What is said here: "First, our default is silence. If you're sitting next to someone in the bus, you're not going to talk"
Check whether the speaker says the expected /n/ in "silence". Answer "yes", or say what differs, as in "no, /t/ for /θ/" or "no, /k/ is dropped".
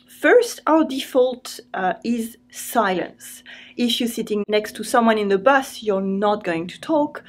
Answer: yes